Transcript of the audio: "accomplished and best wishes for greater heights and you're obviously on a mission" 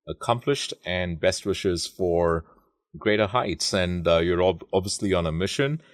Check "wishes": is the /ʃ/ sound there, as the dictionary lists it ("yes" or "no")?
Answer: yes